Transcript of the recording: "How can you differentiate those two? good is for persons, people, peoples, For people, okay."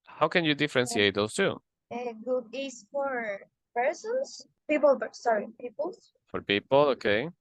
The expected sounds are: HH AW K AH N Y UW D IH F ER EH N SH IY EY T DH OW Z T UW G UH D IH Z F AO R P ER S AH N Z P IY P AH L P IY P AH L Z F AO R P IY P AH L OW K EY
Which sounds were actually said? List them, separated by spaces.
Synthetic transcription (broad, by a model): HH AW K AH N Y UW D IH F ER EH N S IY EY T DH OW S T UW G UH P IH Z F AO R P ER S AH N S P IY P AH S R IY P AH L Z F AO R P IY P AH L OW K EY